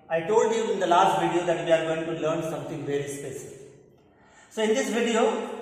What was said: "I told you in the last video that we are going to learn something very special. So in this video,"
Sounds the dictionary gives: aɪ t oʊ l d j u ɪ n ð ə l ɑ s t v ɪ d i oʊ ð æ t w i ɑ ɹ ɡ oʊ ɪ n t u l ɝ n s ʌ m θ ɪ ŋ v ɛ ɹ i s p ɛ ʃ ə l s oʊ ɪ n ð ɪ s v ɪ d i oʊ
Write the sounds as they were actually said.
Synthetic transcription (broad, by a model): aɪ t oʊ l d j u ɪ n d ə l ɑ s t v ɪ d i oʊ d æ t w i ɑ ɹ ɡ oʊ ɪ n t u l ɝ n s ʌ m t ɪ ŋ v ɛ ɹ i s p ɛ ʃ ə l s oʊ ɪ n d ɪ s v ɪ d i oʊ